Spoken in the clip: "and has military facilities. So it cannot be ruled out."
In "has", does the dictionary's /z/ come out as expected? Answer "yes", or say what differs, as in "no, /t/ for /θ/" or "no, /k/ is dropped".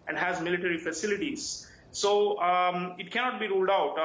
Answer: yes